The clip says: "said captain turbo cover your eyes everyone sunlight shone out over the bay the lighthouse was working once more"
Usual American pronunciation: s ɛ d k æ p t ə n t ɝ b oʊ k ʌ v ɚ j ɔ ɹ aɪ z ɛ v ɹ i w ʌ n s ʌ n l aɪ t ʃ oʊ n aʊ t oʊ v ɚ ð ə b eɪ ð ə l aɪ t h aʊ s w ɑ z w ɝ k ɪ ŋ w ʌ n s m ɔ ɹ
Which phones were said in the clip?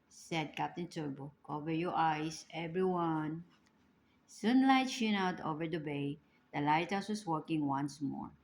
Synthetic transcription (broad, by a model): s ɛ d k æ p t ə n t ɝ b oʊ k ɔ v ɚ j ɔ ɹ aɪ s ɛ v ɹ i w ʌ n s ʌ n l aɪ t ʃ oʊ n aʊ t oʊ v ɚ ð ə b eɪ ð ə l aɪ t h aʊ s w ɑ s w ɝ k ɪ ŋ w ʌ n s m ɔ ɹ